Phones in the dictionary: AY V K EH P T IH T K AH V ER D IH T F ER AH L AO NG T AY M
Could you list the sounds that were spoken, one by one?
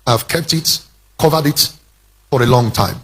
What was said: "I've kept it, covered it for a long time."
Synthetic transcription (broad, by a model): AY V K EH P T IH T K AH V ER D IH T F ER AH L AO NG T AY M